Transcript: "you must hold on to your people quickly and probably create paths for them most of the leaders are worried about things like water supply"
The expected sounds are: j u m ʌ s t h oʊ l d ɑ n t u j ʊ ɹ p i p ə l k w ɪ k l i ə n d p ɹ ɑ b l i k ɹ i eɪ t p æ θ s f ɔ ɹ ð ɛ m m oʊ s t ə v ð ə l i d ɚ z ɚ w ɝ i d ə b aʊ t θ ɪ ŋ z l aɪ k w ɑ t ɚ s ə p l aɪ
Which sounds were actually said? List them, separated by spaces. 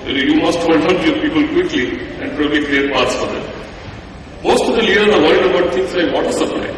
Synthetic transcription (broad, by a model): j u m ʌ s t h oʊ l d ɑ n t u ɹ p i p ə l k w ɪ k l i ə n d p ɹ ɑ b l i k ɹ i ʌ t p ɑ t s f ɔ ɹ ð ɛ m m oʊ s t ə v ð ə l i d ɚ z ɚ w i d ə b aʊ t t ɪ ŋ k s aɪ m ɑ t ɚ s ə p l aɪ